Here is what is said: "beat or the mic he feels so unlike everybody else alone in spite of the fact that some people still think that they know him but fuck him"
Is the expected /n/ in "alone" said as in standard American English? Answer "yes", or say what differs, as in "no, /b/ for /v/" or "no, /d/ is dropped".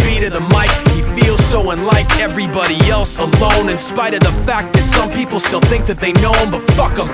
yes